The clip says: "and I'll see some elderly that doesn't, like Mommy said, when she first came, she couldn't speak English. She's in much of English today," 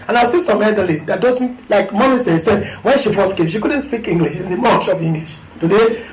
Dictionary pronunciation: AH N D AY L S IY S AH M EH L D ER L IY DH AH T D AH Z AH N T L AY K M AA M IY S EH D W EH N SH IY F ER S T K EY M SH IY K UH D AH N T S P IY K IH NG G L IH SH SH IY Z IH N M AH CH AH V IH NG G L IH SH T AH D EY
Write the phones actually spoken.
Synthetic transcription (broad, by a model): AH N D AY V S IY S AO M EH D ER L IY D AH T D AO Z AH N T L AY K M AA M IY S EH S W EH N SH IY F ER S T K EY M SH IY K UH D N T S P IY K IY NG G L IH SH SH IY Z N M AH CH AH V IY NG G L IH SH T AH D EY